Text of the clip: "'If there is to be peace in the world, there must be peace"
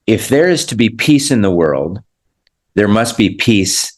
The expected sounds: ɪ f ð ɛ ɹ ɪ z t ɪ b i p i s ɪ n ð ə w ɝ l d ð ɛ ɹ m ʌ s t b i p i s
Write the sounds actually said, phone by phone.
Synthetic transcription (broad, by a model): ɪ f ð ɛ ɹ ɪ z t ɪ b i p i s ɪ n ð ə w ɝ l d ð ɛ ɹ m ʌ s t b i p i s